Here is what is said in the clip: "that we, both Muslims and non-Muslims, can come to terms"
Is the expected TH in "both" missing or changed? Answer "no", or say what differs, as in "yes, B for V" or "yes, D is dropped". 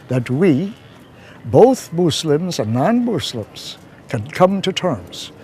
no